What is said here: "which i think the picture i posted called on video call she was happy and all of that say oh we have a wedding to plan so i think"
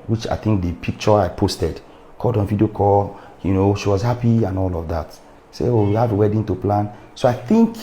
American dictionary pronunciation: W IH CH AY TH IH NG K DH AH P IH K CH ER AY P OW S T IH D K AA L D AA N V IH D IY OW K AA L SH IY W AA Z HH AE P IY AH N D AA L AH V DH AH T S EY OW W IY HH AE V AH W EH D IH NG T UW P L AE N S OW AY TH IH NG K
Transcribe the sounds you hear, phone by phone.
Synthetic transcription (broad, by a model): W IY CH AY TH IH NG K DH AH P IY K CH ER AY P OW S T IH D K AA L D AA N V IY D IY OW K AA N SH IY W AA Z HH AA P IY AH N AA L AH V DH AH T S EY OW W IY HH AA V AH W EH D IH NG T UW P L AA N S OW AY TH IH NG K